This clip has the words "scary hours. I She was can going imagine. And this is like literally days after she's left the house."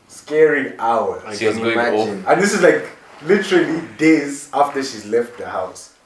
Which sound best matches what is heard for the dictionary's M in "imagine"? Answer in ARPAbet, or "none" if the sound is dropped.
none